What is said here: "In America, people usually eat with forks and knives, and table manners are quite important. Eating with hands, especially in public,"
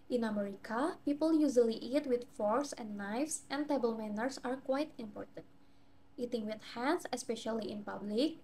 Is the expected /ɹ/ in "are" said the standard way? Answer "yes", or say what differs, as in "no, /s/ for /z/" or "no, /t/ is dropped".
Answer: yes